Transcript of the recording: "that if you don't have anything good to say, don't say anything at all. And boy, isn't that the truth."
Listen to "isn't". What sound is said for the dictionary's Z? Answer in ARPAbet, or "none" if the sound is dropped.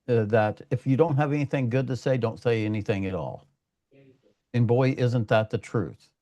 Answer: Z